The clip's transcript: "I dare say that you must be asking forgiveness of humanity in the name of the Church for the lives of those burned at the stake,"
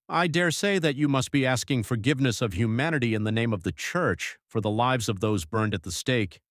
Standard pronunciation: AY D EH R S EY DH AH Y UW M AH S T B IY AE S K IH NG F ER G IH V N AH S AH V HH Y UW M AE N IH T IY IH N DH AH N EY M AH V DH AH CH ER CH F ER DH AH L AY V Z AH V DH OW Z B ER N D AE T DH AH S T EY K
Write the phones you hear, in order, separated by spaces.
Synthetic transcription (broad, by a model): AY D EH R S EY DH AH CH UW M AH S T B IY AE S K IH NG F ER G IH V N AH S AH V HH Y UW M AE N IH T IY IH N DH AH N EY M AH V DH AH CH ER CH F ER DH AH L AY V Z AH V DH OW Z B ER N D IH T DH AH S T EY K